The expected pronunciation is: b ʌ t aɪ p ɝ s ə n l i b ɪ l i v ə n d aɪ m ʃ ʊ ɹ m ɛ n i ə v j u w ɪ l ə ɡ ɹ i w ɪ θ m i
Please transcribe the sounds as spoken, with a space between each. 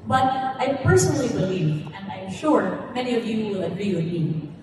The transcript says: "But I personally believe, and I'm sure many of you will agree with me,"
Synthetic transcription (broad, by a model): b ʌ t aɪ p ɝ s ə n l i b ɪ l i v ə n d aɪ m ʃ ʊ ɹ m ɛ n i ə v j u w ɪ l ə ɡ ɹ i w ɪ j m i